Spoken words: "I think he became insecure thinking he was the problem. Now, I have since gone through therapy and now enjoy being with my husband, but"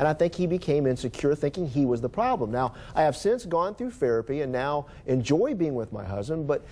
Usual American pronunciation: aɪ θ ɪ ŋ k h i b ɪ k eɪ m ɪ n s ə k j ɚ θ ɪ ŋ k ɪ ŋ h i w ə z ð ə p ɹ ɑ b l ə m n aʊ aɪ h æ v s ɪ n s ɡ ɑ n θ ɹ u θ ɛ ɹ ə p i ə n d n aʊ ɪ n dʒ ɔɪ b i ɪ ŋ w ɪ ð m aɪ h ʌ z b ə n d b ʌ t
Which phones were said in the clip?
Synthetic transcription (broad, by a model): aɪ θ ɪ ŋ k h i b ɪ k eɪ m ɪ n s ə k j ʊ θ ɪ ŋ k ɪ ŋ i w ə z ð ə p ɹ ɑ b l ə m n aʊ aɪ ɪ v s ɪ n s ɡ ɑ n θ ɹ u f ɛ ɹ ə p i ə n n aʊ ɪ n dʒ ɔɪ b i ɪ ŋ w ɪ ð m aɪ h ʌ z b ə n b ʌ t